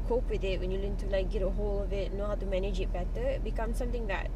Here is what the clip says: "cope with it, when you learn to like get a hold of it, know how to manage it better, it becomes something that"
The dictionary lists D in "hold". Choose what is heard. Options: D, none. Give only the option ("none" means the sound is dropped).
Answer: none